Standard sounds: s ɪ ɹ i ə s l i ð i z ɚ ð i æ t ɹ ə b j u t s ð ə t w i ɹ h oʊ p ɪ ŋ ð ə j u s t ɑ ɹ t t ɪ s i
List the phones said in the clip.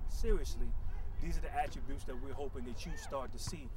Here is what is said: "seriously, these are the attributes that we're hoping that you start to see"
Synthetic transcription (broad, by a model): s ɪ ɹ i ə s l i ð i z ɚ ð i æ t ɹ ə b j u t s ð ə t w i ɹ h oʊ p ɪ ŋ ð ə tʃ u s t ɑ ɹ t t ɪ s i